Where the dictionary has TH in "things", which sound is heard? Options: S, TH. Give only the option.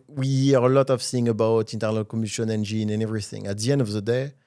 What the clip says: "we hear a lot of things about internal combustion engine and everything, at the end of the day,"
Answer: S